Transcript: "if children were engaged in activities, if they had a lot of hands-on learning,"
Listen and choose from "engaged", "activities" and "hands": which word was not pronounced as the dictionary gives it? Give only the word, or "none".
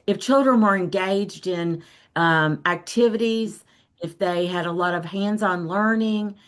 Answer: none